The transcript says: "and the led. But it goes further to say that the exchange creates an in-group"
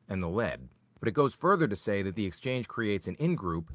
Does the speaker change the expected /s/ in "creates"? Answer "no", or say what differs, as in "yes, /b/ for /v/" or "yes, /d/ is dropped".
no